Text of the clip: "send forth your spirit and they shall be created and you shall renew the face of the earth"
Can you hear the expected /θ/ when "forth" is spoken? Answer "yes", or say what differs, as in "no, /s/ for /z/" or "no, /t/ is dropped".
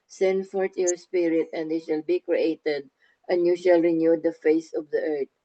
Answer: no, /t/ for /θ/